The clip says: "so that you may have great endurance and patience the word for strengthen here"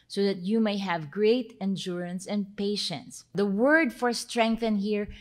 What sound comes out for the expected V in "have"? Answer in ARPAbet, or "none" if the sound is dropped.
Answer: V